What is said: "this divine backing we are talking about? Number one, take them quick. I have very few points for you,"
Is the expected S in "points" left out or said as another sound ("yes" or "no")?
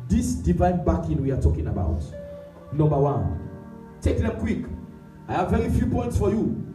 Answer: no